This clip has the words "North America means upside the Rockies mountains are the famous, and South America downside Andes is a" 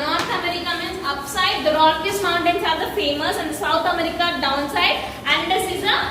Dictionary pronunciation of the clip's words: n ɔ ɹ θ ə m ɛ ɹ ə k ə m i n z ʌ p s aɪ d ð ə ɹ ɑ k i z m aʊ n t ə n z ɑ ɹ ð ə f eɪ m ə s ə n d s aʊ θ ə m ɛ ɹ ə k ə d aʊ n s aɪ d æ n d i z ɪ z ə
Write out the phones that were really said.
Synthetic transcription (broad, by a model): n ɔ ɹ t ə m ɛ ɹ ə k ə m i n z ʌ p s aɪ d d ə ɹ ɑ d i s m aʊ n t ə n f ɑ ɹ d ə f eɪ m ə s ə n d s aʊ t ə m ɛ ɹ ə k ə d aʊ n s aɪ d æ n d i s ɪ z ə